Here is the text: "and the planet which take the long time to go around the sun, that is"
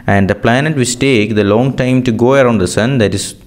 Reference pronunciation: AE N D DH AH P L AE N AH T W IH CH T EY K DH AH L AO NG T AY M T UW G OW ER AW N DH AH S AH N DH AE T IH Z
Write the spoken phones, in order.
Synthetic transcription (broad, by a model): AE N D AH P L AE N AH T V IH S T EY K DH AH L AO NG T AY M T UW G OW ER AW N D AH S AH N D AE T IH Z